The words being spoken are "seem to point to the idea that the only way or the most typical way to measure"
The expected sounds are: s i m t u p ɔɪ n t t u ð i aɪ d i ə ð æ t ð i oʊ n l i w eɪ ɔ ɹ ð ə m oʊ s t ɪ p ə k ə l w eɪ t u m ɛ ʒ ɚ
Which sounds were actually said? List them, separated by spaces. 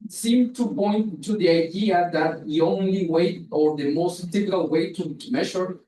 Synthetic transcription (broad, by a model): s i m t u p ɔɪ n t t u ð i aɪ d i ə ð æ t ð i oʊ n l i w eɪ ɔ ɹ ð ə m oʊ s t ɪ f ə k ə l w eɪ t u m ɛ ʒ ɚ